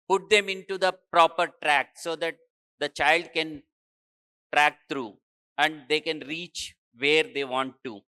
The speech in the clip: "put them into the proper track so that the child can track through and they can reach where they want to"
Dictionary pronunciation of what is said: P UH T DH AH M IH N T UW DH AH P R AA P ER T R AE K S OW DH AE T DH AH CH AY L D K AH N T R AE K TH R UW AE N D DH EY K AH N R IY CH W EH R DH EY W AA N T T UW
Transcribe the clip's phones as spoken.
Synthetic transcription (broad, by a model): P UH T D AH M IH N T UW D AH P R AA P ER T R AE K S OW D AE T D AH CH AY L D K AH N T R AE K T R UW AE N D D EY K AH N R IY CH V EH R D EY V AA N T T UW